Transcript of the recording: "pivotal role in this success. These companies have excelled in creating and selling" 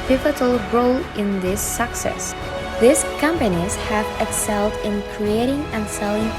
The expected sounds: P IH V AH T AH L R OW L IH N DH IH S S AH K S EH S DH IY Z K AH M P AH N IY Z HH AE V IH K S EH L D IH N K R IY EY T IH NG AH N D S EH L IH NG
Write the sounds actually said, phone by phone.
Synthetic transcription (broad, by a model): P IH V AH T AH L R OW L IH N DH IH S S AH K S EH S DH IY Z K AH M P AH N IY Z HH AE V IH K S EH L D IH N K R IY EY T IH NG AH N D S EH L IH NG